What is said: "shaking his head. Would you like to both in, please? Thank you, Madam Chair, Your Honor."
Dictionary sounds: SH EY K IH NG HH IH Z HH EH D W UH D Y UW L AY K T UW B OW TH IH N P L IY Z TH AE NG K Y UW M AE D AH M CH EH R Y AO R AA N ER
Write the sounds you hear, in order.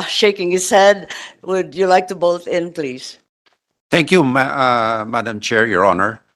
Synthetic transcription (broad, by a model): SH EY K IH NG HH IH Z HH EH D W UH D Y UW L AY K T UW B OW T IH N P L IY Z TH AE NG K Y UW M AE D AH M CH EH R Y AO R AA N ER